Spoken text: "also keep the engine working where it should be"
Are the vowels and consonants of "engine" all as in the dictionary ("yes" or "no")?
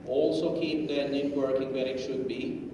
no